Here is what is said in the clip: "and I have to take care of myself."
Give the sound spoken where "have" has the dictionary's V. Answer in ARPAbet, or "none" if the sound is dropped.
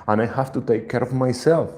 F